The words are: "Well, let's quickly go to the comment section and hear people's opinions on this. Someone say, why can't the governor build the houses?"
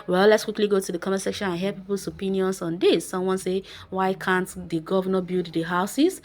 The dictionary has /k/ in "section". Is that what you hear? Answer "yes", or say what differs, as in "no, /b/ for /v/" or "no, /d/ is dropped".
yes